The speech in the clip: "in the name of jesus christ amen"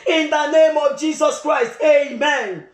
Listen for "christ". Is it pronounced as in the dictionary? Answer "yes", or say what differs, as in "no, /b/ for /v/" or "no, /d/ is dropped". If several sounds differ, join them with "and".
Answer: yes